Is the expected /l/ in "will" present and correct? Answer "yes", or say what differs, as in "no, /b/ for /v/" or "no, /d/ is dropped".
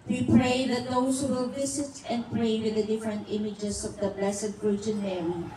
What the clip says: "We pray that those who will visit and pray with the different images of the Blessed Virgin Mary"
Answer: yes